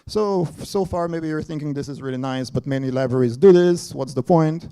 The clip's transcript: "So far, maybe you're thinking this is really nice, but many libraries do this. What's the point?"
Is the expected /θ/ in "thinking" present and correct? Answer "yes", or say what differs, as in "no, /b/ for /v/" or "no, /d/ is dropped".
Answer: yes